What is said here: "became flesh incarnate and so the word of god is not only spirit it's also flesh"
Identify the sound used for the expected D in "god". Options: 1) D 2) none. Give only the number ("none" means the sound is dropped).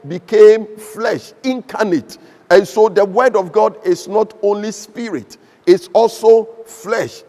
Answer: 1